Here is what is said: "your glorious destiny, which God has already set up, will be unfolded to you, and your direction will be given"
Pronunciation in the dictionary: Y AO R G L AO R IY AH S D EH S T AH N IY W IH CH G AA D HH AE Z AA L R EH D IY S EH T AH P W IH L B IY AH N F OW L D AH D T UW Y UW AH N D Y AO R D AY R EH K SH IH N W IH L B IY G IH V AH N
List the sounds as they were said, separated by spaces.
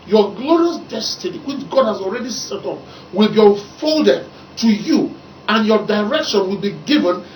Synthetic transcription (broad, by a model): Y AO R G L AO R IY AH S D EH S T AH N IY W IH CH G AA D HH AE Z AA L R EH D IY S EH T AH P W IH L B IY AH N F OW L D AH D T UW Y UW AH N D Y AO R D AY R EH K SH IH N W IH L B IY G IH V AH N